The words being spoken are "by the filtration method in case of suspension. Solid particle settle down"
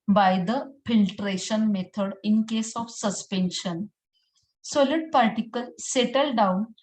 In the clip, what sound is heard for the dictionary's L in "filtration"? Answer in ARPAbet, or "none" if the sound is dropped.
L